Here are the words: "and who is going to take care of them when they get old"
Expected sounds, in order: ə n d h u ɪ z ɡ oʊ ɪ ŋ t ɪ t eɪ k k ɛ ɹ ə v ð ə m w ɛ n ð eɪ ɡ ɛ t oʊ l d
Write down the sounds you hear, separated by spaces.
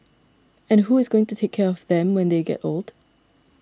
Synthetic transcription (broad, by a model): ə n h u ɪ z ɡ oʊ ɪ ŋ t ɪ t eɪ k k ɛ ɹ ə v ð ə m w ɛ n ð eɪ ɡ ɛ t oʊ l d